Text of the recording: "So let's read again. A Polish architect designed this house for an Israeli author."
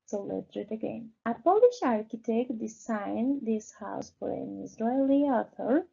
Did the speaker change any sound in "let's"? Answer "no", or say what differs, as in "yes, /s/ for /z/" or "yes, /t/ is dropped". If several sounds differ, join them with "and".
yes, /s/ is dropped